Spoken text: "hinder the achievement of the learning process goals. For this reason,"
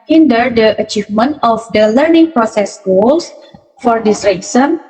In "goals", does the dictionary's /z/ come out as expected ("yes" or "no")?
no